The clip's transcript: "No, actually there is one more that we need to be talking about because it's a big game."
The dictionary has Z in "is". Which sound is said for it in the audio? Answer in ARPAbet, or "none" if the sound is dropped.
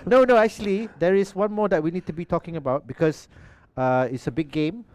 S